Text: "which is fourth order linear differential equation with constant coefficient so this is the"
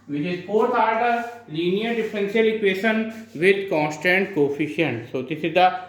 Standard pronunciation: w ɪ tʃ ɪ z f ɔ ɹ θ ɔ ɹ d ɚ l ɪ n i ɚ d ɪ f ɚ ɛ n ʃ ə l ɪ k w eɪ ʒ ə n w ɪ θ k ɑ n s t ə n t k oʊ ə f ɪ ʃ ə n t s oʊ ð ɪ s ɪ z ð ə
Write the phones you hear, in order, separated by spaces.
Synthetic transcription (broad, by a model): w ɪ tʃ ɪ z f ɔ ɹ t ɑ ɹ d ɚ l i n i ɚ d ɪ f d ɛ n s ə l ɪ k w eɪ ʃ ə n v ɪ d k ɑ n s t ə n t k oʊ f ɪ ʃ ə n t s oʊ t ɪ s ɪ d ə